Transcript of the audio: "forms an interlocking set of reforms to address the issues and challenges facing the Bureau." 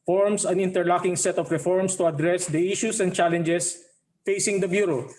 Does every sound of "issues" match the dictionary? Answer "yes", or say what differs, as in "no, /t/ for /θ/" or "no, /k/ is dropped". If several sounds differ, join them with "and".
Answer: no, /s/ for /z/